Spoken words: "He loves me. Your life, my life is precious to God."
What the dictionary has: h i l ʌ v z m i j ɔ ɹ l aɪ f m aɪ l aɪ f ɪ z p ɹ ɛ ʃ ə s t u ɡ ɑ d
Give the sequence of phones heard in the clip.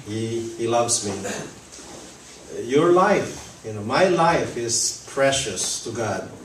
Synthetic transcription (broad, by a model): h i l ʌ v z m i j ɔ ɹ l aɪ f m aɪ l aɪ f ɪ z p ɹ ɛ ʃ ə s t u ɡ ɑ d